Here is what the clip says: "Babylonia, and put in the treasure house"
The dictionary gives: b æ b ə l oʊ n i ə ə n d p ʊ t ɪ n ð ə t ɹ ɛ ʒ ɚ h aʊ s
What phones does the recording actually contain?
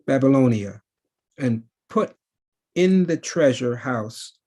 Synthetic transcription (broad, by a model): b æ b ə l oʊ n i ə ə n p ʊ t ɪ n ð ə t ɹ ɛ ʒ ɚ h aʊ s